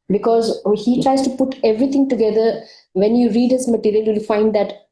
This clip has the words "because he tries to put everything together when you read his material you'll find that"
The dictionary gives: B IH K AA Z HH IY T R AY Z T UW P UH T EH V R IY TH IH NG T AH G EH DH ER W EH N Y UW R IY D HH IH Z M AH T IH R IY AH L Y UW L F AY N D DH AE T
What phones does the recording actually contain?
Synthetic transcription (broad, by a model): B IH K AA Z HH IY T R AY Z T UW P UH T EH V R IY T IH NG T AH G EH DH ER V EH N Y UW R IY D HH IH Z M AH T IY R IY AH L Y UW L F AY N D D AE T